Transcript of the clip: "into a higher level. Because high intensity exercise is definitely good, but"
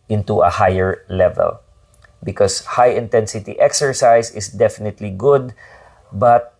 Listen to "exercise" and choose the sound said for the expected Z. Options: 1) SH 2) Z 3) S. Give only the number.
3